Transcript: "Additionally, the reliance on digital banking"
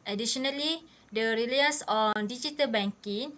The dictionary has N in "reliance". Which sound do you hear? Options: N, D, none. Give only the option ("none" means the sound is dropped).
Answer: none